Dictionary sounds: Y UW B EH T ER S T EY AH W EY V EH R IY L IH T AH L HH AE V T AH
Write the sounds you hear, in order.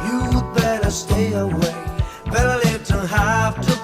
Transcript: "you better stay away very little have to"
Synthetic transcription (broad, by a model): Y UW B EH T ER S T EY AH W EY B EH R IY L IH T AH HH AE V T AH